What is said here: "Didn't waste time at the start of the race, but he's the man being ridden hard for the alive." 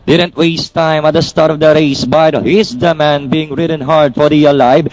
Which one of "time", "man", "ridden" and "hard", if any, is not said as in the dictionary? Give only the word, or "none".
none